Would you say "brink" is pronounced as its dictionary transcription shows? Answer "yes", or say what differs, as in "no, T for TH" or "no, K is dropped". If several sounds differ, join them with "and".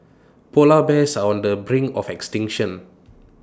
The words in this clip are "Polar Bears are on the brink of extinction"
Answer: no, K is dropped